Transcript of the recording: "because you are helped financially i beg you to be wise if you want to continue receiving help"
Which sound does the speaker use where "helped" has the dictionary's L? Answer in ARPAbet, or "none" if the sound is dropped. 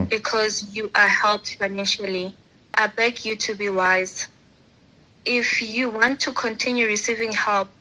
L